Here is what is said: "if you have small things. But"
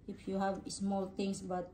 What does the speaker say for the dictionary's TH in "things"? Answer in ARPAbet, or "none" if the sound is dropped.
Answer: T